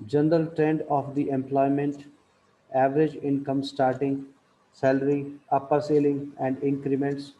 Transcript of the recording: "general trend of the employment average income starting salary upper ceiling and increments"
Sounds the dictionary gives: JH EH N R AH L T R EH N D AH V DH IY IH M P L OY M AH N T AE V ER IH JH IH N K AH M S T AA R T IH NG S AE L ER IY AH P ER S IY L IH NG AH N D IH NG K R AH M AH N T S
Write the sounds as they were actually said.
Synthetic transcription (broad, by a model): JH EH N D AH L T R EH N D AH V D IY IH M P L OY M AH N T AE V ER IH JH IH N K AH M S T AA R T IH NG S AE L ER IY AH P ER S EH L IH NG AH N D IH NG K R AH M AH N T S